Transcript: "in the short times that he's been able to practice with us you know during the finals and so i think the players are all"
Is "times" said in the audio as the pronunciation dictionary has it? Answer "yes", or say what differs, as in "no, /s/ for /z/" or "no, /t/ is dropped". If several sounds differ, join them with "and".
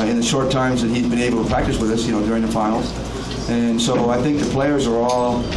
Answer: yes